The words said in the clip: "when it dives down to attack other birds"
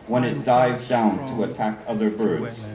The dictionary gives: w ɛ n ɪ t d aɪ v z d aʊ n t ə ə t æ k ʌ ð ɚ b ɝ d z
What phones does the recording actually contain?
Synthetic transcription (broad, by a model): w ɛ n ɪ t d aɪ v z d aʊ n t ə ə t æ k ʌ ð ɚ b ɝ d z